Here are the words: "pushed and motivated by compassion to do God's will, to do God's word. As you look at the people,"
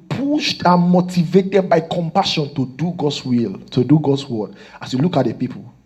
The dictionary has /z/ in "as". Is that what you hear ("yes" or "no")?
no